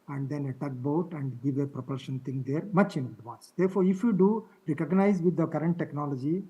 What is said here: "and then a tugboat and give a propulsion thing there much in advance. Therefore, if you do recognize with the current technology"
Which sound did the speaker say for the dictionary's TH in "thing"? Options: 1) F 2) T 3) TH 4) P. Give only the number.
2